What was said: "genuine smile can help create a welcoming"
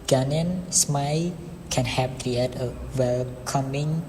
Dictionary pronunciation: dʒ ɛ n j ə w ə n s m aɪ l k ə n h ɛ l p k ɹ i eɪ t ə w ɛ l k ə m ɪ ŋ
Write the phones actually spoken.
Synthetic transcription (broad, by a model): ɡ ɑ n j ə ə n s m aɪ k ə n h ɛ p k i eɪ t ə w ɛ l k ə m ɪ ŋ